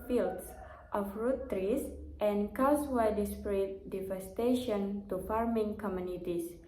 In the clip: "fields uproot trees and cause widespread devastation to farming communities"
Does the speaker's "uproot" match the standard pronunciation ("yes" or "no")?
no